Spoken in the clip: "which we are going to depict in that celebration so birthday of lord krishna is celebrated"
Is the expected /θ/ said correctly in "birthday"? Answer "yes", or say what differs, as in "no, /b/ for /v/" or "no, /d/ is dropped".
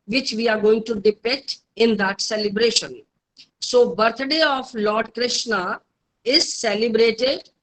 no, /t/ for /θ/